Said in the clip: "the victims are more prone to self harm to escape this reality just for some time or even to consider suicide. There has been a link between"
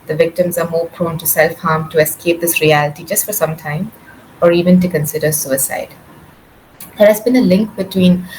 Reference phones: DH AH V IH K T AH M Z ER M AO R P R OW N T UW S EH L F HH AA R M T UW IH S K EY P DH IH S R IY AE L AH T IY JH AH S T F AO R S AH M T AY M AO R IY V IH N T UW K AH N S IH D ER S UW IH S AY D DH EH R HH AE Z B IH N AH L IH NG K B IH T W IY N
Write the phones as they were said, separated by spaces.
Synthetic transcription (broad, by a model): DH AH V IH K T AH M Z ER M AO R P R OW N T UW S EH L F HH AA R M T UW IH S K EY P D IH S R IY AE L AH T IY JH AH S T F AO R S AH M T AY M AO R IY V IH N T UW K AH N S IH D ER S UW IH S AY D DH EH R HH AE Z B IH N AH L IH NG K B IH T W IY N